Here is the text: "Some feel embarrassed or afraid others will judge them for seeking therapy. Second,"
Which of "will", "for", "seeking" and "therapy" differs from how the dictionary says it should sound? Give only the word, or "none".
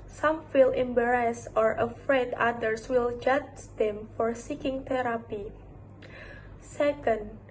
therapy